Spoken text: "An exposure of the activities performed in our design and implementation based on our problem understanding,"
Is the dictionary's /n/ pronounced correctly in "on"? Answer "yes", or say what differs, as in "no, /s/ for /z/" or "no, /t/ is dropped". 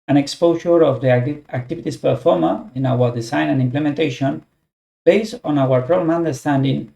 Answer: yes